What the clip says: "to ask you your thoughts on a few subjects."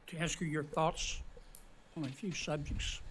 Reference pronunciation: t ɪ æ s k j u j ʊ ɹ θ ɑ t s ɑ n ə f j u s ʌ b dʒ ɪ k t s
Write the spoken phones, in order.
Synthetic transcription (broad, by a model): t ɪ æ s k j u j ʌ ɹ θ ɑ t s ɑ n ə f j u s ʌ b dʒ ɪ k t s